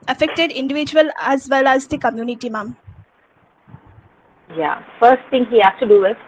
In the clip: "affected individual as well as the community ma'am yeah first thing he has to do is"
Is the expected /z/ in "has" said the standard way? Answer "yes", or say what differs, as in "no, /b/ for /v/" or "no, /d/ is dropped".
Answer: no, /s/ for /z/